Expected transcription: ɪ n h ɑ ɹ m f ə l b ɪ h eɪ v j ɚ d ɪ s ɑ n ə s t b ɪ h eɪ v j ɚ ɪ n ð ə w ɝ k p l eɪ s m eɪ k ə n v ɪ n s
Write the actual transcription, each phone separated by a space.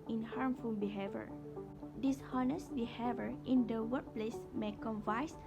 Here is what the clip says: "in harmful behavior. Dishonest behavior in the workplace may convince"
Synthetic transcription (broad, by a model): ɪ n h ɑ ɹ m f ə l b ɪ h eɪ v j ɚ d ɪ s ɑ n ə s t b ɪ h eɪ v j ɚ ɪ n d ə w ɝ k p l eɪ s m eɪ k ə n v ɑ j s